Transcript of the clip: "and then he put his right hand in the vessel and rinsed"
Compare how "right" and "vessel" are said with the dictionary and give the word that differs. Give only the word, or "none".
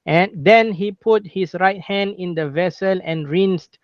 none